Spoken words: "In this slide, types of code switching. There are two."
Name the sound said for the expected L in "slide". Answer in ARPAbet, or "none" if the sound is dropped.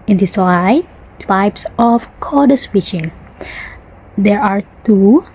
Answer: W